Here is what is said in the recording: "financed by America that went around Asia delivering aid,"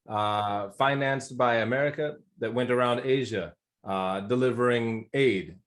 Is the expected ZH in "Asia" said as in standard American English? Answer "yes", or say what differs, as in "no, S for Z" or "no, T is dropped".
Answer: yes